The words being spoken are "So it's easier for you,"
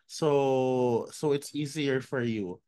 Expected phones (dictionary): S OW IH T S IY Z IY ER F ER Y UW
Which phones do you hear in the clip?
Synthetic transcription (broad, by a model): S OW IH T S IY Z IY ER F ER Y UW